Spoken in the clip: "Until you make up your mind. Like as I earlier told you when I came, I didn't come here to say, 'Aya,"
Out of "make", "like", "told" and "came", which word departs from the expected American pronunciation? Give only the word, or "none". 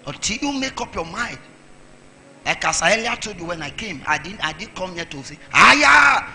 told